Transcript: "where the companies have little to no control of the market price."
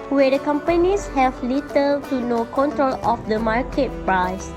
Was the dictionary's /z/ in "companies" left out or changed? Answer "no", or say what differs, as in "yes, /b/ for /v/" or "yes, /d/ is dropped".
yes, /s/ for /z/